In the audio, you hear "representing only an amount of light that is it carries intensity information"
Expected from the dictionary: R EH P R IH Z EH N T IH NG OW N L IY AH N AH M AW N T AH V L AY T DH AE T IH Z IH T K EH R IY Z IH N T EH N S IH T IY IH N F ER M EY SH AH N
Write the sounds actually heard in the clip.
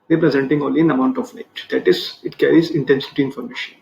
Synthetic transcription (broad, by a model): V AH P R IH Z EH N T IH NG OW L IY AH N AH M AW N T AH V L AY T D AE T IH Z IH T K EH R IY Z IH N T EH N S IH T IY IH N F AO M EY SH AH N